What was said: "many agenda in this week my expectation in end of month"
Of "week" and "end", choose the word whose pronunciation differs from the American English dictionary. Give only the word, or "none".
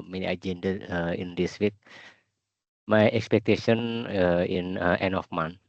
end